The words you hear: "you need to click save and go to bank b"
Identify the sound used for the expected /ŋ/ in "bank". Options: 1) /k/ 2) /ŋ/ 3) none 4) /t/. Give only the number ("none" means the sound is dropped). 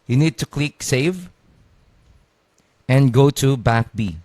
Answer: 3